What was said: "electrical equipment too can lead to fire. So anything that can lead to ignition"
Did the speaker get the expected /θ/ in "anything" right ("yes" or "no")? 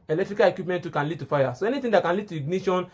no